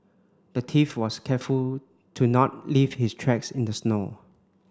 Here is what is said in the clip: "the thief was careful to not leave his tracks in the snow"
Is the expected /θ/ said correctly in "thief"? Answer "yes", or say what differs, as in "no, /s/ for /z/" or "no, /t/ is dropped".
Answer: no, /t/ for /θ/